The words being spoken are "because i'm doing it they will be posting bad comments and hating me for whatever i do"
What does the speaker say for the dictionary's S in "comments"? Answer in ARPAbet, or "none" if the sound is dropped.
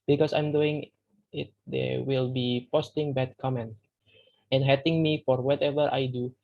none